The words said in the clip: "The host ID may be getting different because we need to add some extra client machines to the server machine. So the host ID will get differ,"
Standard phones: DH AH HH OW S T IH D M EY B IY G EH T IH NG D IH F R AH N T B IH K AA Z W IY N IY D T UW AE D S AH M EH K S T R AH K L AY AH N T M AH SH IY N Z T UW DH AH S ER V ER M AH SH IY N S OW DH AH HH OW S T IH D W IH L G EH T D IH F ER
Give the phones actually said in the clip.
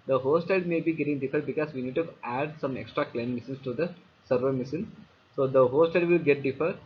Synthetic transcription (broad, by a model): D AH HH OW S T IH D M EY B IY G EH T IH NG D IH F AH T B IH K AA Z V IY N IY D T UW AE D S AH M EH K S T R AH K L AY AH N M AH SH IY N S T UW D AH S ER V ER M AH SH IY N S OW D AH HH OW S T IH D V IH L G EH T D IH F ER